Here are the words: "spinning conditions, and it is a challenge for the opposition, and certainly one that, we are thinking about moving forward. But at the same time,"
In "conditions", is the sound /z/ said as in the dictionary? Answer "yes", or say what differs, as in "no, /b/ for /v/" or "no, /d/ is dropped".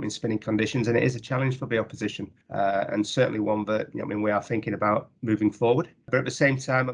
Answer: yes